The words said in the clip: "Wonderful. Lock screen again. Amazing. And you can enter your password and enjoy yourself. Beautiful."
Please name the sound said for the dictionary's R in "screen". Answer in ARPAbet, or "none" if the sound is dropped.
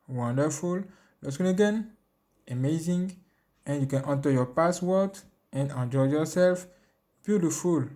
none